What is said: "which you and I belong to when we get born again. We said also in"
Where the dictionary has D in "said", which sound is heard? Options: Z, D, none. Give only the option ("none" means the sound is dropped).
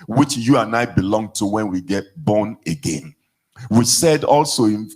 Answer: D